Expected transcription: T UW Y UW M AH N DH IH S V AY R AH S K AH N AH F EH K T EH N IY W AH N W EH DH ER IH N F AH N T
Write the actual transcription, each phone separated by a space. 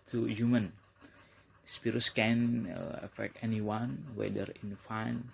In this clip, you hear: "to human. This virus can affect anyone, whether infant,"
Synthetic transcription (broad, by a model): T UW Y UW M AH N S P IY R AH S K AH N AH F EH K T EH N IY W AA N W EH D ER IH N F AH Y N